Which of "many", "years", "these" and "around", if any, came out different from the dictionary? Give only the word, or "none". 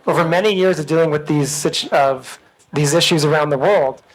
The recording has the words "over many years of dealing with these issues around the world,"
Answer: none